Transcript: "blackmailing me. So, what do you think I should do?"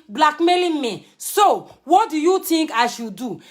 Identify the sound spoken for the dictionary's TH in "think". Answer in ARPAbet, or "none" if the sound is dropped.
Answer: T